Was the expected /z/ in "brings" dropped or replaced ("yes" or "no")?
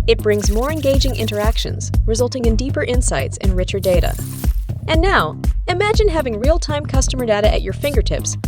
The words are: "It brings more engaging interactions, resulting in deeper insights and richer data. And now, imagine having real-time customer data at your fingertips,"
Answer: no